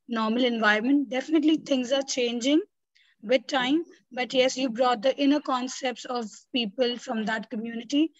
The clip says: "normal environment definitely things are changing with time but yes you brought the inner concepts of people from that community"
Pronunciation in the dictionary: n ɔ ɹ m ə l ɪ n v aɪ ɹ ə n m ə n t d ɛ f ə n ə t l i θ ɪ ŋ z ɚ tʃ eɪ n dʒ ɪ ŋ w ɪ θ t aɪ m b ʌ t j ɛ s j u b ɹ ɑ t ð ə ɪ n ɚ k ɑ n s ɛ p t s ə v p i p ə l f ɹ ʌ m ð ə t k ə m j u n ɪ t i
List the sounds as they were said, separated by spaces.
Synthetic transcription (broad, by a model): n ɔ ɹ m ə l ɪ n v aɪ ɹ m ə n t d ɛ f ə n ə t l i t ɪ ŋ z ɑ tʃ eɪ n dʒ ɪ ŋ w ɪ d t aɪ m b ʌ t j ɛ s j u b ɹ ɑ t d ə ɪ n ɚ k ɑ n s ɛ p t s ə v p i p ə l f ɹ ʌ m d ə t k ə m j u n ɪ t i